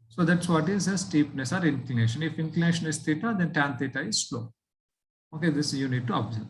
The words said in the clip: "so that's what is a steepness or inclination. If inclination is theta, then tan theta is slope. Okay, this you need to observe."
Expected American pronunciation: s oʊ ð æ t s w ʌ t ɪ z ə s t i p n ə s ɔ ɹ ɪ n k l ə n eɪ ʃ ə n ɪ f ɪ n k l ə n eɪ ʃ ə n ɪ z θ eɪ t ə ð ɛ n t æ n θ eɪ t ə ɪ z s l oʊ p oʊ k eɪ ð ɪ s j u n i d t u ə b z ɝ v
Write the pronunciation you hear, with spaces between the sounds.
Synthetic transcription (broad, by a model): s oʊ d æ t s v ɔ t ɪ z ə s t i p n ə s ɔ ɹ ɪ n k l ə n eɪ ʃ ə n ɪ f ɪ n k l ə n eɪ ʃ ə n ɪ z t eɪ t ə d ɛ n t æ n t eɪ t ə ɪ z s l oʊ oʊ k eɪ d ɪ s j u n i d t u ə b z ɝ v